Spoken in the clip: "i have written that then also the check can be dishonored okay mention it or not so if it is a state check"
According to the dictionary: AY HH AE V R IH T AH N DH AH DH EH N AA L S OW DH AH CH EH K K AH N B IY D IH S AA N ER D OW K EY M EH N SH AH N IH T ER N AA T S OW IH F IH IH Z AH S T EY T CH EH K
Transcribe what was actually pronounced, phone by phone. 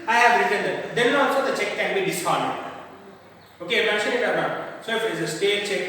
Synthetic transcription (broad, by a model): AY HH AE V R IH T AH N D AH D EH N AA S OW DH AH CH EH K K AH N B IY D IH S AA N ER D OW K EY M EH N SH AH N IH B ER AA S OW IH F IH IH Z AH S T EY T CH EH K